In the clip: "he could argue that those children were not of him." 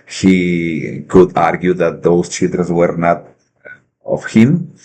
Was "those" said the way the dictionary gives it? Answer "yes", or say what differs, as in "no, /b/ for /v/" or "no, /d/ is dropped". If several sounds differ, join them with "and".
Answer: no, /s/ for /z/